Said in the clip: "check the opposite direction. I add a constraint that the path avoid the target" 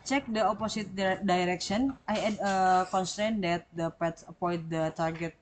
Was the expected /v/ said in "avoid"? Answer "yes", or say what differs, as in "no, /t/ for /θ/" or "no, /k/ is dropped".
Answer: no, /p/ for /v/